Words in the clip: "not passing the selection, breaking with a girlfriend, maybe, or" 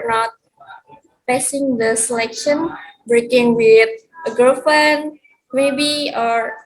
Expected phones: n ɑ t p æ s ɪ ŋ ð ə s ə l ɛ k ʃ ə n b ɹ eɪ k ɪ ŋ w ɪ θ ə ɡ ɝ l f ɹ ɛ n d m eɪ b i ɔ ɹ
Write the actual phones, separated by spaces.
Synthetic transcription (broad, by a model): n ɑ t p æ s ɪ ŋ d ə s ə l ɛ k ʃ ə n b ɹ eɪ k ɪ ŋ w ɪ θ ə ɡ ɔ f ʌ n m eɪ b i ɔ ɹ